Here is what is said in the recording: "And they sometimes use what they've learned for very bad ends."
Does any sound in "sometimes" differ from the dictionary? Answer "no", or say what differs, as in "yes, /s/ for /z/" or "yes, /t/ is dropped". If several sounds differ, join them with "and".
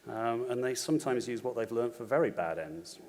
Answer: no